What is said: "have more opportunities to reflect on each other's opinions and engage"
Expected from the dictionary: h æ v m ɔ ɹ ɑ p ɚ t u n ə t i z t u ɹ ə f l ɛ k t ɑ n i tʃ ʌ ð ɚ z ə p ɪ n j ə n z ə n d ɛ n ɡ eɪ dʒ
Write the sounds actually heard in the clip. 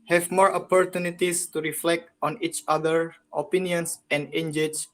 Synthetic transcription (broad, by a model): h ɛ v m ɔ ɹ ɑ p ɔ t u n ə t i s t u ɹ ə f l ɛ k t ɑ n i tʃ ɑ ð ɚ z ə p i n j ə n s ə n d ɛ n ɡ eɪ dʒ